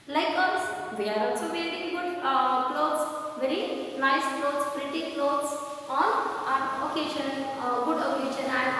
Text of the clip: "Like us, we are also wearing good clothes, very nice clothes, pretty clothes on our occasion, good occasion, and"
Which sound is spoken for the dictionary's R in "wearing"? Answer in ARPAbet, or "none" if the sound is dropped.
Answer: L